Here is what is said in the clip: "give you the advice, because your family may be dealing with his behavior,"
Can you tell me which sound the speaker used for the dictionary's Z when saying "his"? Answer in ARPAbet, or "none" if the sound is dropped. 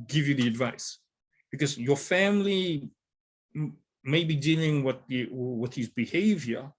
Z